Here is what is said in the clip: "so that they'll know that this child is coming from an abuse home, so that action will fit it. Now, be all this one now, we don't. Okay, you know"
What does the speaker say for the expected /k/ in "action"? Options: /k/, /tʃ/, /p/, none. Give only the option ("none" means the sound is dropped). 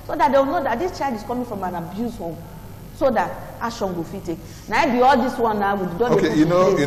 none